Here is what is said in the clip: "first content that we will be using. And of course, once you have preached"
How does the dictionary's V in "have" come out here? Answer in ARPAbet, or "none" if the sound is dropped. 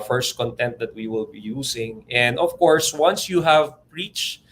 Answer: V